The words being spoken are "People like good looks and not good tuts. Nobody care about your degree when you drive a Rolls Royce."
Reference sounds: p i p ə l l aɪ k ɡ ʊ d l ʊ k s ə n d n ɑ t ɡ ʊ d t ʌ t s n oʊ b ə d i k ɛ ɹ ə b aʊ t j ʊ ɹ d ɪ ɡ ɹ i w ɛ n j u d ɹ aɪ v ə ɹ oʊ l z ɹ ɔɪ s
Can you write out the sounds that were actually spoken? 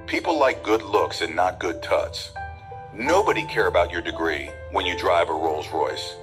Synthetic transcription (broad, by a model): p i p l l aɪ k ɡ ʊ d l ʊ k s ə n n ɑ t ɡ ʊ d t ʌ t s n oʊ b ə d i k ɛ ɹ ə b aʊ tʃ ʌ ɹ d ɪ ɡ ɹ i w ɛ n j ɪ d ɹ aɪ v ə ɹ oʊ l z ɹ ɔɪ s